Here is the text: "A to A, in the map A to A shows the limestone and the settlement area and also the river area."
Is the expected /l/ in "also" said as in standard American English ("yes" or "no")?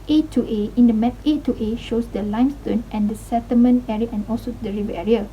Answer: yes